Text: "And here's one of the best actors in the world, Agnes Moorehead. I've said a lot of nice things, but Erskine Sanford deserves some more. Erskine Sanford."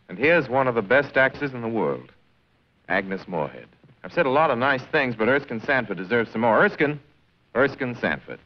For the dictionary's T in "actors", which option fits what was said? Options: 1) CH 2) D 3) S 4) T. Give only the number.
3